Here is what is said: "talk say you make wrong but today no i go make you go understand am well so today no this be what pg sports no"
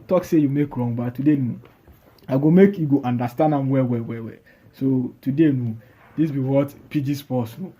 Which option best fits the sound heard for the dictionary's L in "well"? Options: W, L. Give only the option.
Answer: W